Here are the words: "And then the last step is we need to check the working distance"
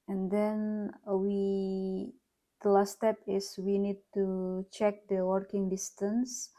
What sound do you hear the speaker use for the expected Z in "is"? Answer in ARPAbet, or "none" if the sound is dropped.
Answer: S